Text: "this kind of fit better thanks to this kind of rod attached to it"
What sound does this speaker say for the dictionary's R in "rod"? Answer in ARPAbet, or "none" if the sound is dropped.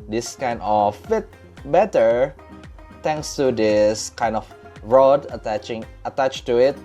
R